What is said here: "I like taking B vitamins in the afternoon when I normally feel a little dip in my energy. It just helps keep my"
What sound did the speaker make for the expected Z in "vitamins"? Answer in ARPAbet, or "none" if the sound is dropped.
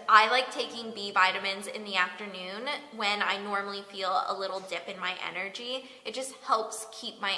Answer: Z